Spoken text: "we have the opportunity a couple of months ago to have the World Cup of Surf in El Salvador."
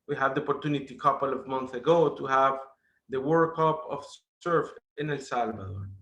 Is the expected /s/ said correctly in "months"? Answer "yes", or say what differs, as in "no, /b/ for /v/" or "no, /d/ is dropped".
no, /s/ is dropped